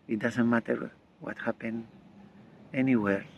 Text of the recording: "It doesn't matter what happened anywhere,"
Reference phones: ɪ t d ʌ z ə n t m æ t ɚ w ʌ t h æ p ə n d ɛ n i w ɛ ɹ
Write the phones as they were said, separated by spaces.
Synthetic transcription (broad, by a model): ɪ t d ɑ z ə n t m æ t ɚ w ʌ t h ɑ p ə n ɛ n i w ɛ ɹ